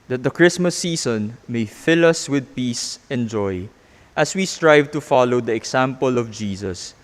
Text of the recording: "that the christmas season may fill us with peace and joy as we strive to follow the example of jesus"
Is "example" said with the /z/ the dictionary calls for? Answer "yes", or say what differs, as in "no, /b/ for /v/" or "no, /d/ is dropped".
no, /s/ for /z/